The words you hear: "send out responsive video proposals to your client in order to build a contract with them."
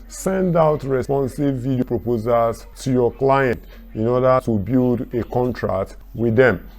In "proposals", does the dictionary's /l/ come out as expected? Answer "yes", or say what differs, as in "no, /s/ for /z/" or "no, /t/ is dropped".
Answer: no, /l/ is dropped